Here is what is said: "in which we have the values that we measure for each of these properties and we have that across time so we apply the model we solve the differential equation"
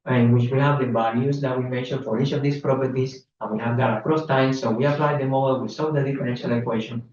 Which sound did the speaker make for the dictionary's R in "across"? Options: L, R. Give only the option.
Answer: R